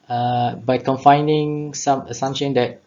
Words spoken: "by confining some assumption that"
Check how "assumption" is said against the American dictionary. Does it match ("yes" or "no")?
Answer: no